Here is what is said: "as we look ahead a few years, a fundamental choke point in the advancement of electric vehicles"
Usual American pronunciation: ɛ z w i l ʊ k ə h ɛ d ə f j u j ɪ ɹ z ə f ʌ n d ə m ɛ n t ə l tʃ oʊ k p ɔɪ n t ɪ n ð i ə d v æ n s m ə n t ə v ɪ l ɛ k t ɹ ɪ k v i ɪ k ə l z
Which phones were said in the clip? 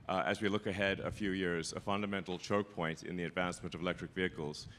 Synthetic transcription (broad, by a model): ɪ z w i l ʊ k ə h ɛ d ə f j u j ɪ ɹ z ə f ʌ n d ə m ɛ n t l tʃ oʊ k p ɔɪ n t ɪ n ð i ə d v æ n s m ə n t ə v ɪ l ɛ k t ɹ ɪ k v i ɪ k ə l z